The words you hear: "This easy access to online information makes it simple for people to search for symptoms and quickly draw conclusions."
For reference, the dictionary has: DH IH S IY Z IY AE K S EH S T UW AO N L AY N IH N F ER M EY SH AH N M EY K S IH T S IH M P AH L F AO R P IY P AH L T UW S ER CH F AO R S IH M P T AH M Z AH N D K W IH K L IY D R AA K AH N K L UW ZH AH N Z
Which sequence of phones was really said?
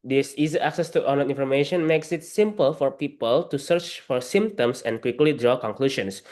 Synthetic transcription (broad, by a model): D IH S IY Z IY AE K S EH S T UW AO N AH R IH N F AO M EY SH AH N M EY K S IH T S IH M P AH L F AO R P IY P AH L T UW S ER CH F AO R S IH M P T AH M S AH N K W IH K L IY D R AA K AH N K L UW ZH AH N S